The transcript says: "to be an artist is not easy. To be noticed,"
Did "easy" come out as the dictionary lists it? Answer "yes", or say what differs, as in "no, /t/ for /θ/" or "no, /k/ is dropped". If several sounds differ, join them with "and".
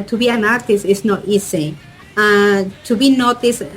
no, /s/ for /z/